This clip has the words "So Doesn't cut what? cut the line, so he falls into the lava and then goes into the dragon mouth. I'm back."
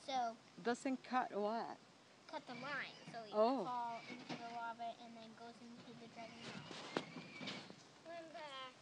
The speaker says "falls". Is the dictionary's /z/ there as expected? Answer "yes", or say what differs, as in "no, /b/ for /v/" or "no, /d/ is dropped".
no, /z/ is dropped